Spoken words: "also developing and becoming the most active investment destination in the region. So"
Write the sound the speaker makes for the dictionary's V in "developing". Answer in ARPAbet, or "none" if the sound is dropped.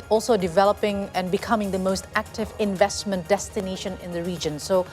V